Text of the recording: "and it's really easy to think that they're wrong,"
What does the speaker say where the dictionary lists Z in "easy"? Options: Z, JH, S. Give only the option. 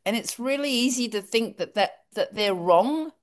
Z